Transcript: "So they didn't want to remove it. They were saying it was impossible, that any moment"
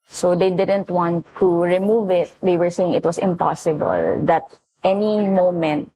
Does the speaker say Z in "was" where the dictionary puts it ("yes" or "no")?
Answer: no